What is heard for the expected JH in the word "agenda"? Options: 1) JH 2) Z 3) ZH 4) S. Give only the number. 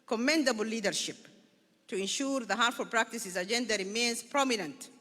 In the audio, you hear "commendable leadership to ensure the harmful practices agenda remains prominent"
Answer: 1